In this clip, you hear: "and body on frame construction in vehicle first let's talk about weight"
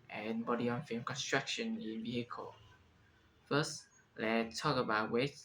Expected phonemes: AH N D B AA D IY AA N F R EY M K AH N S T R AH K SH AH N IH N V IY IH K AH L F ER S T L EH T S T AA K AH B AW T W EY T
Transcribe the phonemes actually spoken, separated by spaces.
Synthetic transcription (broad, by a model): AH N B AA D IY AA N F EY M K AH N S T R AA K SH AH N IH N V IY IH K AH L F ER S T L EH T T AA K AH B AW T W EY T